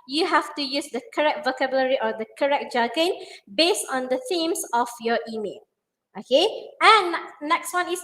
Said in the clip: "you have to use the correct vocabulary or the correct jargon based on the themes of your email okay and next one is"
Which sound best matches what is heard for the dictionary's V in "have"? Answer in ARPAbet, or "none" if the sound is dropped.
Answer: F